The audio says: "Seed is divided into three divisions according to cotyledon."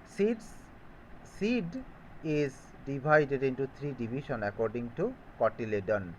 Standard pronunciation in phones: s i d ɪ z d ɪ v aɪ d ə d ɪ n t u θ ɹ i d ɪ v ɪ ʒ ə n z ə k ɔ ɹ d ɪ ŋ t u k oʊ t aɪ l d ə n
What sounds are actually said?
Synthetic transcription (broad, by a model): s i d ɪ z d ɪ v aɪ d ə d ɪ n t u t ɹ i d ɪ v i ʃ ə n ə k ɔ ɹ d ɪ ŋ t u k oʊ t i l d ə n